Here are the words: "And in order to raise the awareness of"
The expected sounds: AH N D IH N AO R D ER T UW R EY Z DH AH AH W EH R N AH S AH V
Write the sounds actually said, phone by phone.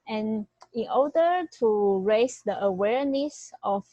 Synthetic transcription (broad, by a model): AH N IH N AO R D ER T UW R EY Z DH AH AH W EH R N AH S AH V